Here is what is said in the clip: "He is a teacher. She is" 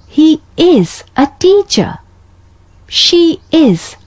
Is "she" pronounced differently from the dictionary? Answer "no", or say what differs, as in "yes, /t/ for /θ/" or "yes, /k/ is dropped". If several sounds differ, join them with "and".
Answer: no